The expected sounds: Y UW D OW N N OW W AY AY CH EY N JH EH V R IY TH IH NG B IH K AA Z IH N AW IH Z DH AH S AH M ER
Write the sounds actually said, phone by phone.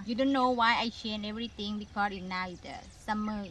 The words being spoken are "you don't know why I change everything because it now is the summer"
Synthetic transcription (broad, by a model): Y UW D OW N N OW W AY AY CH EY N EH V R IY T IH NG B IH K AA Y IH N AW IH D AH S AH M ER